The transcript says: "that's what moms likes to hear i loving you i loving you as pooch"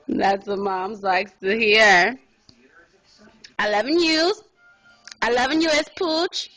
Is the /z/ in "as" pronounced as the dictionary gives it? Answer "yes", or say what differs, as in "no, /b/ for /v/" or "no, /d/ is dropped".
no, /s/ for /z/